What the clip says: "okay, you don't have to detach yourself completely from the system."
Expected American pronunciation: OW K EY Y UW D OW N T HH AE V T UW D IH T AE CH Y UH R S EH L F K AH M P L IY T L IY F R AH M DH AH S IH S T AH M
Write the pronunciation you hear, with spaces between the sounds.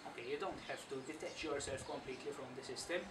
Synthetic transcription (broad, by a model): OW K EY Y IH D OW N T HH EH F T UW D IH T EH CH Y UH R S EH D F K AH M P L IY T L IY F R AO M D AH S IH S T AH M